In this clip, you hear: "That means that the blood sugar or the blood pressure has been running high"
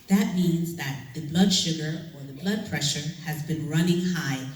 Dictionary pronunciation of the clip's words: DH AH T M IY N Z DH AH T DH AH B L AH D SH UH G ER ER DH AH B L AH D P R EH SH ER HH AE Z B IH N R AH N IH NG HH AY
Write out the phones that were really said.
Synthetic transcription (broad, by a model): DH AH T M IY N Z DH AH T DH AH B L AH D SH UH G ER ER DH AH B L AH D P R EH SH ER HH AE Z B IH N R AH N IH NG HH AY